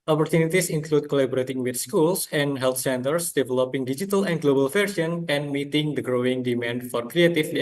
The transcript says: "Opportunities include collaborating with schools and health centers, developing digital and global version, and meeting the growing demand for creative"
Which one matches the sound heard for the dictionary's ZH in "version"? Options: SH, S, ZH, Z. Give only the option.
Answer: S